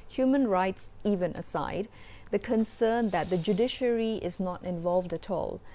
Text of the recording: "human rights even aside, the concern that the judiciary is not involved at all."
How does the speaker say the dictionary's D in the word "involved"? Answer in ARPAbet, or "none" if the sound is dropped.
D